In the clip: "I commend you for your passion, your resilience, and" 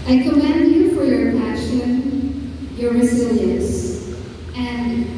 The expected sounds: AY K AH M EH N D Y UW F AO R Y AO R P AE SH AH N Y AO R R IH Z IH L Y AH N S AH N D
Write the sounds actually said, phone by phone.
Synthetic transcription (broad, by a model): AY K AH M EH N D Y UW F AO R Y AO R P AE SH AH N Y AO R R IH Z IH L Y AH N S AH N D